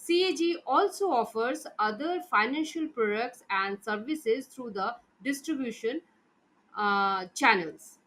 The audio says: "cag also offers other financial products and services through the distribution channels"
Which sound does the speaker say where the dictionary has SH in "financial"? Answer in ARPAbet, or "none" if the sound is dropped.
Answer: SH